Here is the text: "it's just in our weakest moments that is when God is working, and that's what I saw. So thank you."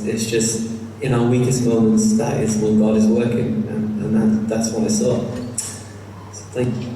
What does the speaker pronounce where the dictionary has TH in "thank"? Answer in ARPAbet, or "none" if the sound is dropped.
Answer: TH